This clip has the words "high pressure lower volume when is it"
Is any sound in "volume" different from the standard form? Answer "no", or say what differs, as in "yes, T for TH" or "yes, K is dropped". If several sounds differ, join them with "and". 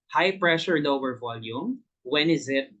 no